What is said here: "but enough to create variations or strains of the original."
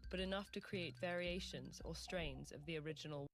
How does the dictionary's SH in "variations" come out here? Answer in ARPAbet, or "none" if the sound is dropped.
SH